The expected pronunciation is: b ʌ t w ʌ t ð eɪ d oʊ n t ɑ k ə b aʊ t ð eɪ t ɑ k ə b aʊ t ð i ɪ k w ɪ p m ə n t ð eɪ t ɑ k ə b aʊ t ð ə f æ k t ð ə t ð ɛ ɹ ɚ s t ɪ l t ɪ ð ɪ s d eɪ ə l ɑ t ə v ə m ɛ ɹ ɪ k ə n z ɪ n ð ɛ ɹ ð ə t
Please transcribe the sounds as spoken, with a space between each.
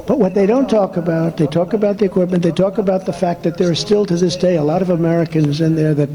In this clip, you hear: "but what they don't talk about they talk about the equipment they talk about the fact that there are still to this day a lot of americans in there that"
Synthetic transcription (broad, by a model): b ʌ t w ʌ t ð eɪ d oʊ n t ɑ k ə b aʊ t ð eɪ t ɑ k ə b aʊ t ð i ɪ k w ɪ p m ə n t ð eɪ t ɑ k ə b aʊ t ð ə f æ k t ð ə t ð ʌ ɹ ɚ s t ɪ l t ɪ ð ɪ s d eɪ ə l ɑ t ə v ə m ɛ ɹ ɪ k ə n z ɪ n ð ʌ ɹ ð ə t